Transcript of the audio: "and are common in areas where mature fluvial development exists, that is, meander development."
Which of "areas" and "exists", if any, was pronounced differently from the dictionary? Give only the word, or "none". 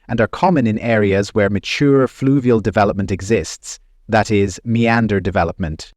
none